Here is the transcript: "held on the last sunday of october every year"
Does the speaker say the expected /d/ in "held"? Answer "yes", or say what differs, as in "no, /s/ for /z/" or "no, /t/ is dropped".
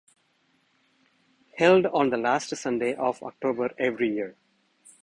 yes